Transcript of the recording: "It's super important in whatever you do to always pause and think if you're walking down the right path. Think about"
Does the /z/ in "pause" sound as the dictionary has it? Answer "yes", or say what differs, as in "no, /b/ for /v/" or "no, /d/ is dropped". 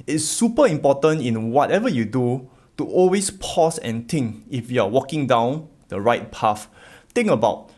no, /s/ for /z/